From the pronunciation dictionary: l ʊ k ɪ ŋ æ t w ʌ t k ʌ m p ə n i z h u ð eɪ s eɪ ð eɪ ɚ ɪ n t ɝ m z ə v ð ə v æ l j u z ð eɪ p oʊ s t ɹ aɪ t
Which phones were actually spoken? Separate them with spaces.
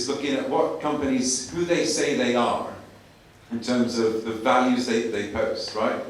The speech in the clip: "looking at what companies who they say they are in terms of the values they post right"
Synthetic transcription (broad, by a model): l ʊ k ɪ ŋ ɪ t w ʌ t k ʌ m p ə n i z h u ð eɪ s eɪ ð eɪ ɚ ɪ n t ɝ m z ə v ð ə v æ l j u z ð eɪ p oʊ s t ɹ aɪ t